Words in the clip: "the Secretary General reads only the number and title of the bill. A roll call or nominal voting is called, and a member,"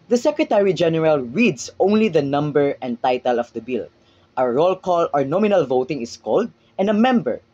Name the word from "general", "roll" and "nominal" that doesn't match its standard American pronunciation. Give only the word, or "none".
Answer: none